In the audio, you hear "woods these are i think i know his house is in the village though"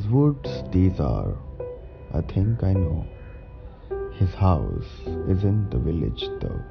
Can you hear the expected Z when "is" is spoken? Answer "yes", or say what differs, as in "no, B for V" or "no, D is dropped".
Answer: yes